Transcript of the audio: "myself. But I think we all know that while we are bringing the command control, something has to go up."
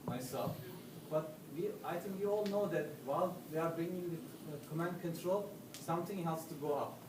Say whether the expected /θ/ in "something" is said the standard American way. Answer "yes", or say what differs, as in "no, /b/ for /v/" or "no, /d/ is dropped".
no, /t/ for /θ/